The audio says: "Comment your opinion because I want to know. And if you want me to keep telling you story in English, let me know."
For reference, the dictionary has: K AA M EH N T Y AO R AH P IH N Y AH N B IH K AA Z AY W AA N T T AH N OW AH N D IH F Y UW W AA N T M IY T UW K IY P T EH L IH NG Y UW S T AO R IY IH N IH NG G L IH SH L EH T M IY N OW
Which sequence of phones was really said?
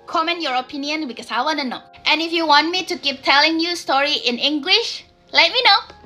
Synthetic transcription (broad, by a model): K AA M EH N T Y AO R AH P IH N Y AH N B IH K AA S AY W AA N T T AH N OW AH N IH F Y UW W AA N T M IY T UW K IY P T EH L IH NG Y UW S T AO R IY IH N IH NG G L IH SH L EH T M IY N OW